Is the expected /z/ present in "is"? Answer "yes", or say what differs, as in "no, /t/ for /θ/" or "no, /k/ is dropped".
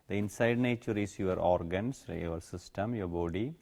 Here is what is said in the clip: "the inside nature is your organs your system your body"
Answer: no, /s/ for /z/